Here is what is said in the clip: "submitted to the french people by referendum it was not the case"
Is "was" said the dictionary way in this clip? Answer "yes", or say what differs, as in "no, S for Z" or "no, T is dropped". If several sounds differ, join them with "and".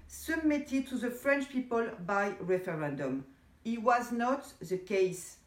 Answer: yes